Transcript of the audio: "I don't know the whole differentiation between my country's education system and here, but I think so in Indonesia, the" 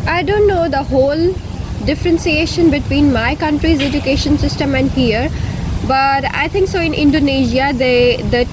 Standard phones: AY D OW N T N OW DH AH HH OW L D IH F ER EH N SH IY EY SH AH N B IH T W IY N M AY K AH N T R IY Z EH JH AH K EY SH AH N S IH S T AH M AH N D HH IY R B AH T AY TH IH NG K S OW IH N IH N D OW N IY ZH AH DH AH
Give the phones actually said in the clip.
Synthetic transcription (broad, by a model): AY D OW N T N OW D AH HH OW L D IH F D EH N S IY EY SH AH N B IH T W IY N M AY K AH N T R IY Z EH JH AH K EY SH AH N S IH S T AH M AH N D HH IY R B AH T AY T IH NG K S OW IH N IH N D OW N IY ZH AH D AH